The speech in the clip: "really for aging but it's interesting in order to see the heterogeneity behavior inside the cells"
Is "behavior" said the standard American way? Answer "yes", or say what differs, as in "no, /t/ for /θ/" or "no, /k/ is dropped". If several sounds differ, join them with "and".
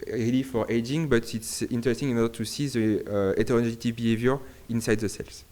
yes